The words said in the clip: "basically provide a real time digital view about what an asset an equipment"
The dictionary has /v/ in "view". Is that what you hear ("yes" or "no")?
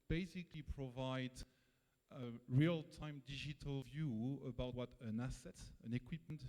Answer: yes